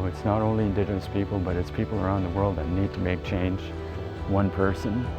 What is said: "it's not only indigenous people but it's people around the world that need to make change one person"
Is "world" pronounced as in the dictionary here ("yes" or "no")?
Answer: yes